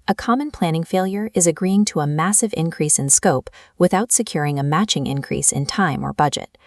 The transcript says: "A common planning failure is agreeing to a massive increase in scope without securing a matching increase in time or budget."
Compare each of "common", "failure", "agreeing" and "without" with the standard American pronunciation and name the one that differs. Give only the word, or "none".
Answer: none